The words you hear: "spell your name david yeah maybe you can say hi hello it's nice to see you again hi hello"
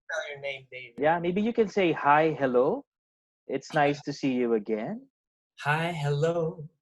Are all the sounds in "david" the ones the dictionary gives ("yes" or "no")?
no